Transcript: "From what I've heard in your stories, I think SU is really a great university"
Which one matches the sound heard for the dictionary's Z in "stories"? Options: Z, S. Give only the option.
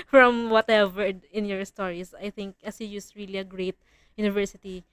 S